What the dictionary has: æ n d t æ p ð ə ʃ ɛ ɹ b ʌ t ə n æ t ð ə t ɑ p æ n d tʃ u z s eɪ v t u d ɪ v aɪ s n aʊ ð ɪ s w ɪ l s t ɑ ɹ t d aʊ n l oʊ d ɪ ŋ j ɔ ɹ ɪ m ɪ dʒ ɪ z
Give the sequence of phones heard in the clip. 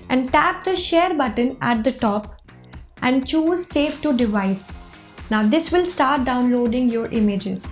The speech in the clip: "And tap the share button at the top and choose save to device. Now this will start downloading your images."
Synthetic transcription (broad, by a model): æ n d t æ p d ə ʃ ɛ ɹ b ʌ t ə n æ t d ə t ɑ p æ n d tʃ u z s eɪ f t u d ɪ v aɪ s n aʊ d ɪ s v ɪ l s t ɑ ɹ t d aʊ n l oʊ d ɪ ŋ j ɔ ɹ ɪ m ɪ dʒ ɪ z